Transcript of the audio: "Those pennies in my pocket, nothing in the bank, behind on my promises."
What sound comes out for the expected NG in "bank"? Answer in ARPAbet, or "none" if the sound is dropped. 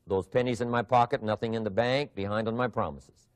NG